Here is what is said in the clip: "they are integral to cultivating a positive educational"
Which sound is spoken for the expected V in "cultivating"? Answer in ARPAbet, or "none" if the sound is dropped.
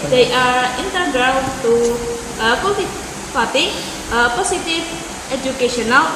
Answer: P